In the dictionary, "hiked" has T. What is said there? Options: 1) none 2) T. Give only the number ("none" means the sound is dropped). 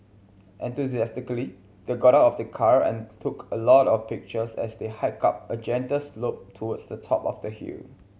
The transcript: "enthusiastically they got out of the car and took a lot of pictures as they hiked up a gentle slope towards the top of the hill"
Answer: 1